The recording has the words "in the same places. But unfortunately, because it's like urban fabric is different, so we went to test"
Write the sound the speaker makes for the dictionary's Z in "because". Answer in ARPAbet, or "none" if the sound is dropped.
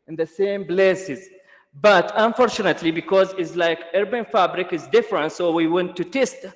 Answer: Z